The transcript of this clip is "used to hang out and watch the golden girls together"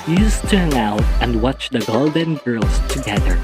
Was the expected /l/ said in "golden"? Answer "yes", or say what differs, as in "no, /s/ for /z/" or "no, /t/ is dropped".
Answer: yes